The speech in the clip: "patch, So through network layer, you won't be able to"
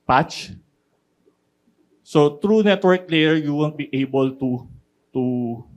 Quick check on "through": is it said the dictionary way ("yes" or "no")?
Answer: no